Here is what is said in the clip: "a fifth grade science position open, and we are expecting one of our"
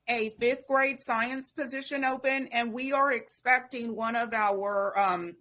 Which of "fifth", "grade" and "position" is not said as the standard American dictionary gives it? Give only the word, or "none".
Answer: none